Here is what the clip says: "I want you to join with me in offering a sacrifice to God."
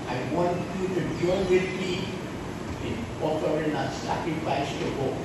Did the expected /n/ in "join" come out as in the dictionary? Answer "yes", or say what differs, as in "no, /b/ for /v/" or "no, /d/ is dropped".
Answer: no, /l/ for /n/